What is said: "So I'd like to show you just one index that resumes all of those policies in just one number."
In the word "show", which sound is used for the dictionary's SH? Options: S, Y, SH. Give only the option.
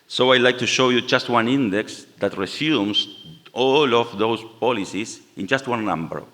SH